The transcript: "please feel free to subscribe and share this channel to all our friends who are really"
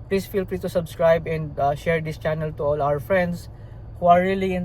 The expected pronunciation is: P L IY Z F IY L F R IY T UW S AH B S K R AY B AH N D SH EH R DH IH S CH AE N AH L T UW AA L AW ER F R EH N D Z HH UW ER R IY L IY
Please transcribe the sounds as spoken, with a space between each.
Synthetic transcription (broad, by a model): P L IY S F IY L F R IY T UW S AH B S K R AY B AH N D SH EH R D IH S CH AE N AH L T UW AA L AW ER F R EH N D S HH UW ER R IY L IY